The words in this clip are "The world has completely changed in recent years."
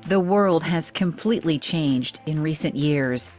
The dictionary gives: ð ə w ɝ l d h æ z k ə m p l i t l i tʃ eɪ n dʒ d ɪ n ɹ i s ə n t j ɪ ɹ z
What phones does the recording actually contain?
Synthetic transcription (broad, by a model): ð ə w ɝ l d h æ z k ə m p l i t l i tʃ eɪ n dʒ d ɪ n ɹ i s ə n t j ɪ ɹ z